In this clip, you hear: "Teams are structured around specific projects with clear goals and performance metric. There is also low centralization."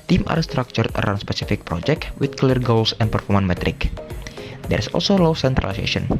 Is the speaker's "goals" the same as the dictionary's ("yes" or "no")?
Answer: no